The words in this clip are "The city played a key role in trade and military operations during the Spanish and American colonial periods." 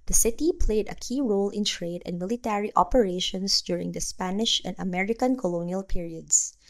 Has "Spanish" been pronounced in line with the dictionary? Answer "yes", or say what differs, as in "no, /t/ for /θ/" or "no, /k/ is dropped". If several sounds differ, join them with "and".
yes